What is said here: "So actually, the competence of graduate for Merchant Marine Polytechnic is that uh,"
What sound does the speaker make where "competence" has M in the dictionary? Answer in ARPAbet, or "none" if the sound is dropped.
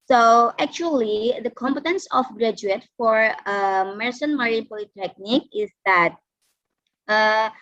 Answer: M